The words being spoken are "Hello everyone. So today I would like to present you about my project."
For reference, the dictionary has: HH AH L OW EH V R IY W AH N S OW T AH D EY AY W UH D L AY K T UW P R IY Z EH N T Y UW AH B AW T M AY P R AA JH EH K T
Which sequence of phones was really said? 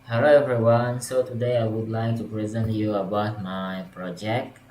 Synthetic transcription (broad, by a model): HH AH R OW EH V R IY W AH N S OW T AH D EY AY W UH D L AY K T UW P R IY Z EH N T Y UW AH B AW T M AY P R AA JH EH K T